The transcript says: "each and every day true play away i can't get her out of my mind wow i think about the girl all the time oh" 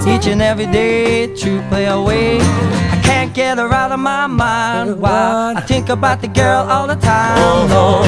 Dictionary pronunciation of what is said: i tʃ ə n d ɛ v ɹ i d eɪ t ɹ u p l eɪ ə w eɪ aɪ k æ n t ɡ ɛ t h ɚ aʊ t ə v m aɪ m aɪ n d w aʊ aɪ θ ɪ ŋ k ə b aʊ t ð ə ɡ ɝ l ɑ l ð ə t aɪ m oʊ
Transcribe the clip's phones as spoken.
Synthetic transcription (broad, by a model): i tʃ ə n ɛ v ɹ i d eɪ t u p l eɪ ə w eɪ aɪ k æ n ɡ ɛ t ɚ aʊ t ə v m aɪ m aɪ n d w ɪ aɪ θ ɪ ŋ k ə b aʊ t ð ə ɡ ɝ l ɑ l ð ə t aɪ m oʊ